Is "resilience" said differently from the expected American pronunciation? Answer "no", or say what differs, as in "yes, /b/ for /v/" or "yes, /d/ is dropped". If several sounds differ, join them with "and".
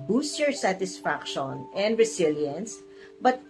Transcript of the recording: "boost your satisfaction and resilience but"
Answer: yes, /s/ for /z/